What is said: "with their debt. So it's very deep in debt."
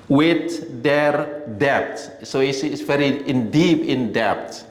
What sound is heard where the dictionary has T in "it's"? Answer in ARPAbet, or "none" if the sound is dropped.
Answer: S